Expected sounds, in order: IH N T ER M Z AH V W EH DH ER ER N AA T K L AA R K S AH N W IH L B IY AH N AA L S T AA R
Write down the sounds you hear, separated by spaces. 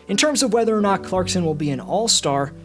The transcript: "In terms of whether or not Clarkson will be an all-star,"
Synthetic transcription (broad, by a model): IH N T ER M Z AH V W EH DH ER ER N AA T K L AA R K S AH N W IH L B IY AH N AA L S T AA R